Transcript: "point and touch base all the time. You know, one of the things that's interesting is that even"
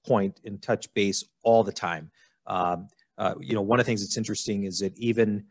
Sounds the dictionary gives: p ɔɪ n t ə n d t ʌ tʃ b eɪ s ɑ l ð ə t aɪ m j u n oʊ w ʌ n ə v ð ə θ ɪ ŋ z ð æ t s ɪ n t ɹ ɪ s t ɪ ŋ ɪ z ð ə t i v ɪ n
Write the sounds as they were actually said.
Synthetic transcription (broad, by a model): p ɔɪ n t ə n t ʌ tʃ b eɪ s ɑ l ð ə t aɪ m j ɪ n oʊ w ʌ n ə v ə θ ɪ ŋ z ð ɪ t s ɪ n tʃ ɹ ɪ s t ɪ ŋ ɪ z ð ə t i v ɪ n